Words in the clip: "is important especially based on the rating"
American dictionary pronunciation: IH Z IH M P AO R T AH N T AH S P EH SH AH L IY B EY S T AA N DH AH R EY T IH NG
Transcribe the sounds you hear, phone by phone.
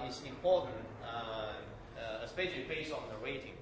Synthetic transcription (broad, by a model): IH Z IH M P AO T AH N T AH S P EH SH AH L IY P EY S AA N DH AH R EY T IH NG